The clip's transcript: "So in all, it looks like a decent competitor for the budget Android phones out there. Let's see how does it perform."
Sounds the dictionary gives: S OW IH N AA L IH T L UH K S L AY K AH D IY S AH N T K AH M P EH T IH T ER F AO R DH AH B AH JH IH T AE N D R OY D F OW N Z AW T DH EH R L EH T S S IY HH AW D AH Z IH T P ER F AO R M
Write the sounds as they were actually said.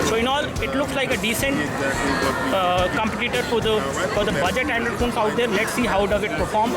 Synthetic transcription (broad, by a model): S OW IH N AA L IH T L UH K S L AY K AH D IY S AH N T K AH M P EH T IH T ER F AO R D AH B AH JH IH T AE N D AH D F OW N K AW T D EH R L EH T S S IY HH AW D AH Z IH T P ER F AO R M